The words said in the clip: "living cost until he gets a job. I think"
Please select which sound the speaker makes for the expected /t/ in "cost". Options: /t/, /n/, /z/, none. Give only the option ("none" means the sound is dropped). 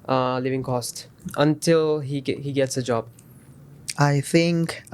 /t/